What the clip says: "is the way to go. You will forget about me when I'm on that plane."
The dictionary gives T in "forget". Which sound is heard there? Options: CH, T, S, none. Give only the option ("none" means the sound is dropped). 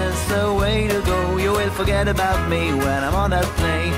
T